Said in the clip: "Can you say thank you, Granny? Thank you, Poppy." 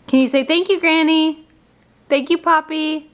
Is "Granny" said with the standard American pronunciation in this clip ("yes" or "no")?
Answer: yes